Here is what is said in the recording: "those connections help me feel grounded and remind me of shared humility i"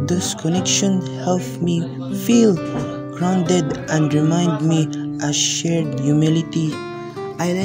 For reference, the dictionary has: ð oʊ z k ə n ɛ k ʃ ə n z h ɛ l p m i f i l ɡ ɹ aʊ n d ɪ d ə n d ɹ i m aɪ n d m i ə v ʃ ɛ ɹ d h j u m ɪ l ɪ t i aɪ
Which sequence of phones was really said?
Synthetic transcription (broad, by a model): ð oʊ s k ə n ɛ k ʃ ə n h ɛ l p m i f i l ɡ ɹ aʊ n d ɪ d ə n d ɹ i m aɪ n d m i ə ʃ ɛ ɹ d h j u m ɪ l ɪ t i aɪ